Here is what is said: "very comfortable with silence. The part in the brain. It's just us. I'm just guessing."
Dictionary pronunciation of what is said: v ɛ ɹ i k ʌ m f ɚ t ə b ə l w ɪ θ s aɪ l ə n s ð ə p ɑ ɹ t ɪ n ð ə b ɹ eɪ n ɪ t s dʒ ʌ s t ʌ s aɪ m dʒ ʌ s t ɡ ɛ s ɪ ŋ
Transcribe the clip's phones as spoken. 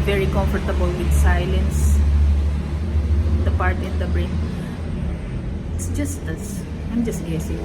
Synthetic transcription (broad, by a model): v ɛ ɹ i k ʌ m f ɚ t ə b ə l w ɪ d s aɪ l ə n s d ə p ɑ ɹ t ɪ n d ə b ɹ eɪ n ɪ t s dʒ ʌ s t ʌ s aɪ m dʒ ʌ s t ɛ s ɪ